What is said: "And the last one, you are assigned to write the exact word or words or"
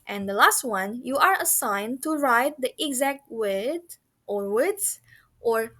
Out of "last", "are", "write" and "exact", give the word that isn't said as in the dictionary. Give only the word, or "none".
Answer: none